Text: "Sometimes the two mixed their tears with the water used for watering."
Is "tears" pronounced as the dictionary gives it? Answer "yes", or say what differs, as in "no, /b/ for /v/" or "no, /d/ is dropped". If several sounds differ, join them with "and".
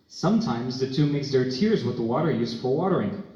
yes